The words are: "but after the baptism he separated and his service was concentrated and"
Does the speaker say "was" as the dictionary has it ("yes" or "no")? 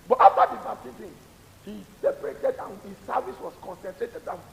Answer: no